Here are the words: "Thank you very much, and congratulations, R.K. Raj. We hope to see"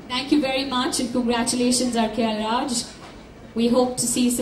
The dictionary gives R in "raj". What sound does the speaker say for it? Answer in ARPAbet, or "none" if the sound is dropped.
L